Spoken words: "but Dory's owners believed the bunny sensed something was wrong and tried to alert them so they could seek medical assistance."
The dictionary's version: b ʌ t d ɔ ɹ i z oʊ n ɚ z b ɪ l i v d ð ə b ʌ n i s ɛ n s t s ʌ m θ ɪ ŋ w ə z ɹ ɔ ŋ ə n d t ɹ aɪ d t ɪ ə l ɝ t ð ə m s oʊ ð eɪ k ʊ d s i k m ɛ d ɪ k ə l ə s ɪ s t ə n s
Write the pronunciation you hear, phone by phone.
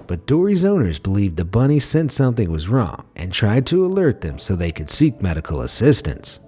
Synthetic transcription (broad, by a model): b ʌ t d ɔ ɹ i z oʊ n ɚ z b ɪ l i v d ð ə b ʌ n i s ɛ n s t s ʌ m θ ɪ ŋ w ə z ɹ ɔ ŋ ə n t ɹ aɪ d t ɪ ə l ɝ t ð ə m s oʊ ð eɪ k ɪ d s i k m ɛ d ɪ k l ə s ɪ s t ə n s